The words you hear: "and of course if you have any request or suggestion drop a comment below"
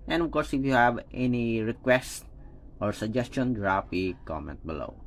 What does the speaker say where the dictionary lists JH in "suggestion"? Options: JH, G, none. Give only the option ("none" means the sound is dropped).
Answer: JH